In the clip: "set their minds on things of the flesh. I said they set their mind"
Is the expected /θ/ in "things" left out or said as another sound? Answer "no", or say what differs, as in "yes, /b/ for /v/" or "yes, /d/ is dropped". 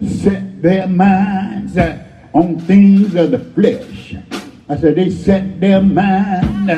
no